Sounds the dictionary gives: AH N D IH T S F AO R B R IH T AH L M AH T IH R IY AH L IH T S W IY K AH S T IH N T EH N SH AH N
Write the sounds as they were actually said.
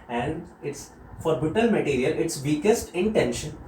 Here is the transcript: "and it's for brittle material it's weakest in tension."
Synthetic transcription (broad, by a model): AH N D IH T S F AO R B IH T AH L M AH T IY R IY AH L IH T S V IY K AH S T IH N T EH N SH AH N